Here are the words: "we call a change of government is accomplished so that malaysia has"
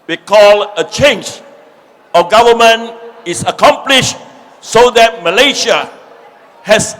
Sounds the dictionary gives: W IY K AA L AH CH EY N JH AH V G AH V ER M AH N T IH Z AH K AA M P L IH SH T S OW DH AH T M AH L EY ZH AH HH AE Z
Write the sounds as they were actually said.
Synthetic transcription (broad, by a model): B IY K AA L AH CH EY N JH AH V G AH V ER M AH N IH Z AH K AA M P L IH SH T S OW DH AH T M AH L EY SH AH HH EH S